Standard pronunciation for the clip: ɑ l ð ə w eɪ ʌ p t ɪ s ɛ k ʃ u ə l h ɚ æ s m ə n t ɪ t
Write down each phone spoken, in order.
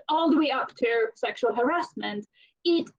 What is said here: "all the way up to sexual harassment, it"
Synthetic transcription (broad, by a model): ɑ l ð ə w eɪ ʌ p t ɪ s ɛ k ʃ u ə l h ɚ æ s m ə n t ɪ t